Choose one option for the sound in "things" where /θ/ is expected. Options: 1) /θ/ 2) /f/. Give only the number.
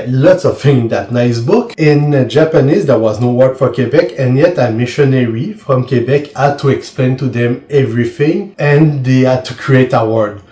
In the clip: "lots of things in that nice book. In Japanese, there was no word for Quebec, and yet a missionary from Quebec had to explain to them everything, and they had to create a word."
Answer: 2